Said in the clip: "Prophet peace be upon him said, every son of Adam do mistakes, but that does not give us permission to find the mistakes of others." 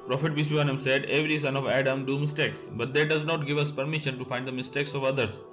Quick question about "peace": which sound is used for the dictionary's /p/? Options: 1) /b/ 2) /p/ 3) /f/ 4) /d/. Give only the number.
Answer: 1